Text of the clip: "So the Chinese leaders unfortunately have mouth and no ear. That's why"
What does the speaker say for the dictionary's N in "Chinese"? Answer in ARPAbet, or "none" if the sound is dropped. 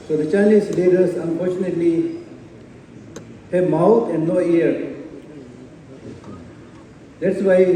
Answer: L